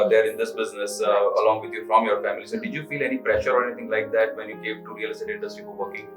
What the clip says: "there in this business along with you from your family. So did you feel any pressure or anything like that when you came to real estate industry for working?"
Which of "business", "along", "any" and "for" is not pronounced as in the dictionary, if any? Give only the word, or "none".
for